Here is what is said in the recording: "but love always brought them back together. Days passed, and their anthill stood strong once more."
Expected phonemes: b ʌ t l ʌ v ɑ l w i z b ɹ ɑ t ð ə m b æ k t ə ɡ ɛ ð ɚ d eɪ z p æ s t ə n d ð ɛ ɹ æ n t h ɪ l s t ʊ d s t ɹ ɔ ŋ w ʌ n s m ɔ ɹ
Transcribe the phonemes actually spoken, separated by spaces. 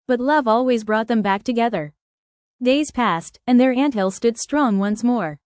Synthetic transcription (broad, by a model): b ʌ t l ʌ v ɑ l w i z b ɹ ɑ t ð ə m b æ k t ə ɡ ɛ ð ɚ d eɪ z p æ s t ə n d ð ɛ ɹ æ n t h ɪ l s t ʊ d s t ɹ ɔ ŋ w ʌ n s m ɔ ɹ